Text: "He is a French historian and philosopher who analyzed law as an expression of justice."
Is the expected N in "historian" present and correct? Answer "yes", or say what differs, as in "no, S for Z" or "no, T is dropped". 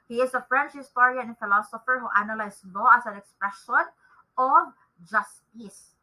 no, N is dropped